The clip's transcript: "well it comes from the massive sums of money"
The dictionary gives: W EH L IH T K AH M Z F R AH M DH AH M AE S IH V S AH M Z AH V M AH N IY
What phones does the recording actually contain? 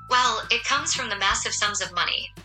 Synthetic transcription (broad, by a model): W EH L IH T K AH M Z F R AH M DH AH M AE S IH V S AH M Z AH V M AH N IY